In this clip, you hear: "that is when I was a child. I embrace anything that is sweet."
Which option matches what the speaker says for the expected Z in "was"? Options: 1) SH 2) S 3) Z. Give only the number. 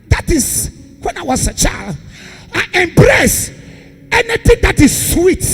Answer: 2